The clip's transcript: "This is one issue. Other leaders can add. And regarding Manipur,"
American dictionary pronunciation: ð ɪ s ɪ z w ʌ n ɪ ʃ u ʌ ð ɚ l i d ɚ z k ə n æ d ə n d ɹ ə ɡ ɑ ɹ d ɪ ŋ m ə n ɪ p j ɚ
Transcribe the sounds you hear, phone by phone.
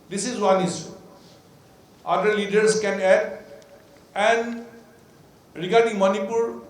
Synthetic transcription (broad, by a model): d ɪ s ɪ z w ʌ n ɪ s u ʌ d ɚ l i d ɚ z k ə n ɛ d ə n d ɹ ə ɡ ɑ ɹ d ɪ ŋ m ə n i p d